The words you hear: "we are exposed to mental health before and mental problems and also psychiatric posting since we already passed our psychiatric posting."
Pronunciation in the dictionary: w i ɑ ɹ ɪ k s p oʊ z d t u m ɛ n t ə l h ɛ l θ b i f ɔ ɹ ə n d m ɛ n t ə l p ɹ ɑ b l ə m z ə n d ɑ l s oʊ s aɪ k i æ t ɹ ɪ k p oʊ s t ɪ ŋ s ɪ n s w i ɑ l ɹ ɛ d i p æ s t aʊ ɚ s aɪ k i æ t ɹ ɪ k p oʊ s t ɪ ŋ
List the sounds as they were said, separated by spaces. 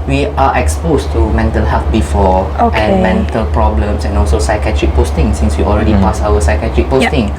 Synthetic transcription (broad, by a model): w i ɑ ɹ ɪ k s p oʊ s t u m ɛ n t ə l h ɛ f b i f ɔ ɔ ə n m ɛ n t ə l p ɹ ɑ b l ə m s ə n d ɑ l s oʊ s aɪ k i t ɹ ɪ k p oʊ s t ɪ ŋ s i n s w i ɑ l ɹ ɛ d i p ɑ s aʊ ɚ s aɪ k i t ɹ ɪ k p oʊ t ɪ ŋ